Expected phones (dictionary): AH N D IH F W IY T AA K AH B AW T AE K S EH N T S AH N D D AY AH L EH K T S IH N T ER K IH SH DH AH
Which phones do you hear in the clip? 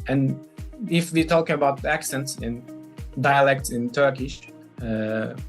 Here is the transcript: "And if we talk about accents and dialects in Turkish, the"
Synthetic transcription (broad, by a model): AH N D IH F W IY T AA K AH B AW T AE K S EH N T S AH N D D AY AH L EH K T S IH N T ER K IH SH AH